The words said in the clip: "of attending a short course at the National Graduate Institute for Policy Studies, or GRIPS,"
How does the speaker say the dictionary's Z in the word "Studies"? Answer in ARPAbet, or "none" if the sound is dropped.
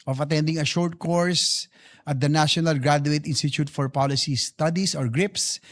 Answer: S